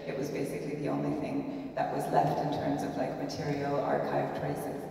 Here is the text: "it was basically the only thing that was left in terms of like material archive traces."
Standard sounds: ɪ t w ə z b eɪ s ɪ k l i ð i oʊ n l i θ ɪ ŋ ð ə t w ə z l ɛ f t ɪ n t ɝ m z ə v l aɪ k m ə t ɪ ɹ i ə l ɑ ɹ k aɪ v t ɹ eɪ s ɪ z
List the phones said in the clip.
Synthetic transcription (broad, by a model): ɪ t w ə z b eɪ s ɪ k l i ð i oʊ n l i θ ɪ ŋ ð ə t w ə z l ɛ f t ɪ n t ɝ m z ə v l aɪ k m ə t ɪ ɹ i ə l ɑ ɹ k aɪ v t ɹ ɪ s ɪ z